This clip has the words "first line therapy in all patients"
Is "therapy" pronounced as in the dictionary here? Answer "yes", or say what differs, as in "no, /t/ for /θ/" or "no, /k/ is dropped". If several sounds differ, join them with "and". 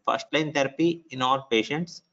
no, /t/ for /θ/